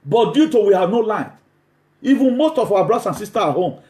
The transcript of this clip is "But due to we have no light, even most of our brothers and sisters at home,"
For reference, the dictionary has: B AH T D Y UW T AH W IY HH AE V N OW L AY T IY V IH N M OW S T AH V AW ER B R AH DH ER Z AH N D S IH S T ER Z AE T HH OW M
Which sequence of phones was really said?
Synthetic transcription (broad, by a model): B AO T D Y UW T AH W IY HH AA V N OW L AY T IY V IH N M OW S T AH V AW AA B R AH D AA S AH N S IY S T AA AA HH OW M